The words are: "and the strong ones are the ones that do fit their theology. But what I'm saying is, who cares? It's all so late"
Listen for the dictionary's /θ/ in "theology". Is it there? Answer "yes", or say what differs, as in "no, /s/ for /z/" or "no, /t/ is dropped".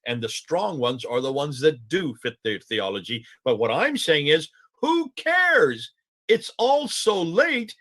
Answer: yes